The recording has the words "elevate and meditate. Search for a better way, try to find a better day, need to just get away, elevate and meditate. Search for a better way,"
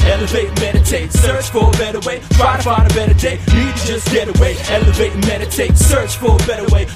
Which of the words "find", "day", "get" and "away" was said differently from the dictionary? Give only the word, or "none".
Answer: find